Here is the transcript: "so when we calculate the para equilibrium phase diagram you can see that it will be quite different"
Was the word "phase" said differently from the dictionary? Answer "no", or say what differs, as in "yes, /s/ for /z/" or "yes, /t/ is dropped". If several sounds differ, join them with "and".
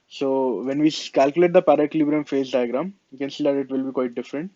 no